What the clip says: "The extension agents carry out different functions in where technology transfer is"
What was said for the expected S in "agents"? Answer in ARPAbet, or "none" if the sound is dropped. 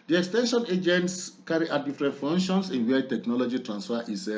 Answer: S